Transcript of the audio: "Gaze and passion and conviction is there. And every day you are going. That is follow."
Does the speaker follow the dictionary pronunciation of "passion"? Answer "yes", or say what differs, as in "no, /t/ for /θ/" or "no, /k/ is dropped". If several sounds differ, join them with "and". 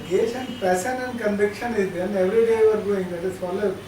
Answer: no, /s/ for /ʃ/